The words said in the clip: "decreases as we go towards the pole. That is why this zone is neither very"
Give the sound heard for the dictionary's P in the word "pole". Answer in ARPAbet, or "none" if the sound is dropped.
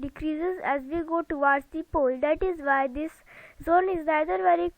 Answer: P